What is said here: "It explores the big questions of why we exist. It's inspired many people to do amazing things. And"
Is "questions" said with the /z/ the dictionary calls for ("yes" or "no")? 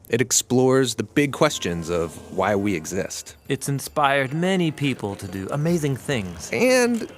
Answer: yes